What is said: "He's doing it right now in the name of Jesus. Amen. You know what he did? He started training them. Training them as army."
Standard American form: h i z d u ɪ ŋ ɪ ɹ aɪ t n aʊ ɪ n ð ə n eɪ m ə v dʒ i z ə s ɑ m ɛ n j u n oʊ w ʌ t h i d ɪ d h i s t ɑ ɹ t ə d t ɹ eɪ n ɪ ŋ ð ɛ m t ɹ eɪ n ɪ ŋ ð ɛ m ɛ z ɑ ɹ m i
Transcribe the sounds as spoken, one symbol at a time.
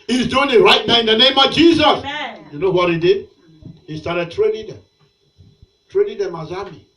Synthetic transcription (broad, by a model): h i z d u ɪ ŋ ɪ ɹ aɪ t n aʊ ɪ n ð ə n eɪ m ə v dʒ i z ə s j u n oʊ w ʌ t h i d ɪ d h i s t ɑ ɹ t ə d t ɹ eɪ n ɪ ŋ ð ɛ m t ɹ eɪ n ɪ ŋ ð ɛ m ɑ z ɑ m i